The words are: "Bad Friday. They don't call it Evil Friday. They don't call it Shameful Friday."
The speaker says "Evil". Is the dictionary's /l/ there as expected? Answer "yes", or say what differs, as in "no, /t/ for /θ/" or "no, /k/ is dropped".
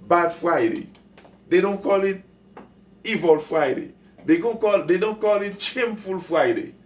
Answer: yes